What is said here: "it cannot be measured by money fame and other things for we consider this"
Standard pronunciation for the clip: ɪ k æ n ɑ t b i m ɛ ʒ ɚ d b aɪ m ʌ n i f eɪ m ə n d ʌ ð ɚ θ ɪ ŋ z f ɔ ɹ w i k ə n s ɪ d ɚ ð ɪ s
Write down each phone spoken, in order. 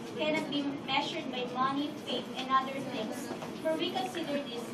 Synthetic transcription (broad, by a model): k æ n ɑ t b i m ɛ ʃ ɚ d b aɪ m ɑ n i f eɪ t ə n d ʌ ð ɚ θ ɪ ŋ s f ɔ ɹ w i k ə n s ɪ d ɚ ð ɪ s